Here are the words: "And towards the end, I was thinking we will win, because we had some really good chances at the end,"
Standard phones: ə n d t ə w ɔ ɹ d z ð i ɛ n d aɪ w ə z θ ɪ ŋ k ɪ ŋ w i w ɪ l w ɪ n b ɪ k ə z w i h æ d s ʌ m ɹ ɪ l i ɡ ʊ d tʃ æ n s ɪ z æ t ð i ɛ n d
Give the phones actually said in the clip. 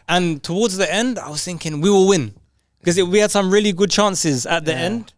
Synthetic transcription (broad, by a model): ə n t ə w ɔ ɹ d z ð i ɛ n d aɪ w ə z θ ɪ ŋ k ɪ ŋ w i w ɪ l w ɪ n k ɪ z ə w i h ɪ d s ʌ m ɹ ɪ l i ɡ ʊ d tʃ æ n s ɪ z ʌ t ð i ɛ n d